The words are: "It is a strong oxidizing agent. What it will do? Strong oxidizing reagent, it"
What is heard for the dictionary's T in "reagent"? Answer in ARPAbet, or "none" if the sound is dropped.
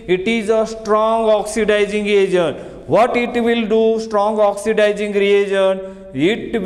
none